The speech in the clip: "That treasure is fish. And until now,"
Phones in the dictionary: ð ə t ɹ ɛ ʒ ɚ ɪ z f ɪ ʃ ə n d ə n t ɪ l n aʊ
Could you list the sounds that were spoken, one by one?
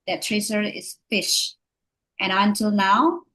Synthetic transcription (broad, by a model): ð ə t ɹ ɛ s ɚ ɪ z f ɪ ʃ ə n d ə n t ɪ l n aʊ